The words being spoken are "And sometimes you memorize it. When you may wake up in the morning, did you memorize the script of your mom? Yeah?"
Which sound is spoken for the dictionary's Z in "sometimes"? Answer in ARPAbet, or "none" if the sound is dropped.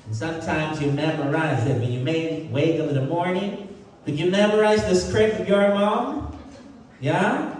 Z